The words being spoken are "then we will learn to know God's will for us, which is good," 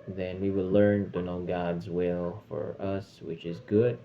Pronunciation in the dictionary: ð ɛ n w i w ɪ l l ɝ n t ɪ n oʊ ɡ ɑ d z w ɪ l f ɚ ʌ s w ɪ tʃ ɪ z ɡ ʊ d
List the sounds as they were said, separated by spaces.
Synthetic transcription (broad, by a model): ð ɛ n w i w ɪ l l ɝ n t ɪ n oʊ ɡ ɑ d z w ɪ l f ɚ ʌ s w ɪ tʃ ɪ z ɡ ʊ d